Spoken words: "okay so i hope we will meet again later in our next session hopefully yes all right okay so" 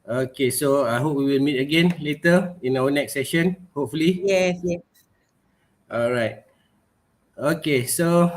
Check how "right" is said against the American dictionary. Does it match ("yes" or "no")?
yes